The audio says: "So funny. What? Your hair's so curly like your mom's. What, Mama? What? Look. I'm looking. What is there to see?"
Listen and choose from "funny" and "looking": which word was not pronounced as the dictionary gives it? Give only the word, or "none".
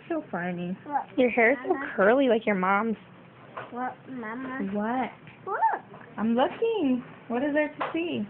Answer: funny